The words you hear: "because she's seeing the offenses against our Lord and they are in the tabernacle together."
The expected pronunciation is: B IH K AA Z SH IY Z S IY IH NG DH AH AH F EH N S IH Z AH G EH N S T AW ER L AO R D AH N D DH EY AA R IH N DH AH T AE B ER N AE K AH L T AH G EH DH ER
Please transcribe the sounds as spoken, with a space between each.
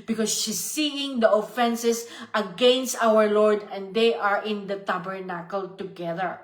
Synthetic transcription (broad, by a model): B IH K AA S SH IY S IY IH NG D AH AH F EH N S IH S AH G EH N S T AW ER L AO R D AH N D EY AA R IH N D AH T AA B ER N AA K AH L T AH G EH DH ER